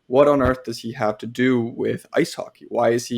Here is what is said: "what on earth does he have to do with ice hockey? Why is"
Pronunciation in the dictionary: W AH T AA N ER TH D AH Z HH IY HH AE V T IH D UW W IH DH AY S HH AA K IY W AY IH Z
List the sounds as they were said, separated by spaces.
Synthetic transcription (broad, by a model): W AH T N ER TH D AH Z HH IY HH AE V T IH D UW W IH DH AY S HH AA K IY W AY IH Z